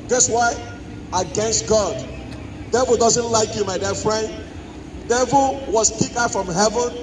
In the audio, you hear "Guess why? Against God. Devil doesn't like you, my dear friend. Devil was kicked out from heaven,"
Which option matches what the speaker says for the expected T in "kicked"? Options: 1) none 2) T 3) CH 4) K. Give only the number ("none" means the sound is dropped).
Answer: 1